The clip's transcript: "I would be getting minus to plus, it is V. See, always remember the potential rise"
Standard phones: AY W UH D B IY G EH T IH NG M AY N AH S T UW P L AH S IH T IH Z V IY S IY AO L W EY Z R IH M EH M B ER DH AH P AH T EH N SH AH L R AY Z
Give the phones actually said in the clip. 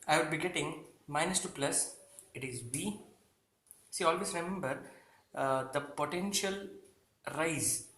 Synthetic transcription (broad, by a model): AY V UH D B IY G EH T IH NG M AY N AH S T UW P L AH S IH T IH Z B IY S IY AO L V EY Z R IH M EH M B ER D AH P AH T EH N SH AH L R AY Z